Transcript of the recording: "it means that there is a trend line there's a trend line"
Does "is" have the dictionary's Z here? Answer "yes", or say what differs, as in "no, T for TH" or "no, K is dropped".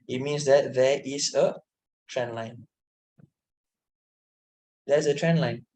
no, S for Z